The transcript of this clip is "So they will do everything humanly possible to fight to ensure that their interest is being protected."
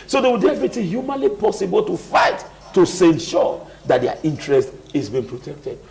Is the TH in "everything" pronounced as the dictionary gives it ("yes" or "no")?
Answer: no